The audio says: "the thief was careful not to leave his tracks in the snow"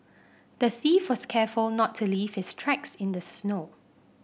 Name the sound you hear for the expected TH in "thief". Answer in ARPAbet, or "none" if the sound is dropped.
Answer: TH